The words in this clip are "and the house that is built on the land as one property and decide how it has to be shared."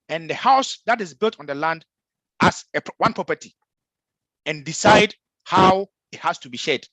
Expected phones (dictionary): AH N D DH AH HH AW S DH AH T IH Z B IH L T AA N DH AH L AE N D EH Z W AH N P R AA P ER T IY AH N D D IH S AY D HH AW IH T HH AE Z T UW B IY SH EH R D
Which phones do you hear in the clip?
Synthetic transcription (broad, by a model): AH N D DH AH HH AW S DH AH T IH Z B IH L T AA N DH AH L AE N D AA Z W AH N P R AA P ER T IY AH N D D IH S AY D HH AW IH T HH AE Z T UW B IY SH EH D